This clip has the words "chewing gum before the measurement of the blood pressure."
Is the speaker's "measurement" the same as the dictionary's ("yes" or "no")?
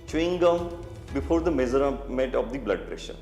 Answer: no